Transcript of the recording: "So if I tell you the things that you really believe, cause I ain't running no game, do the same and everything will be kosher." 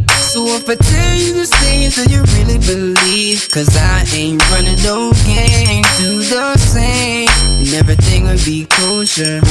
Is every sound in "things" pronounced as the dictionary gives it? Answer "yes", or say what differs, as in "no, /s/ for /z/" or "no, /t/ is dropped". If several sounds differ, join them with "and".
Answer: no, /s/ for /θ/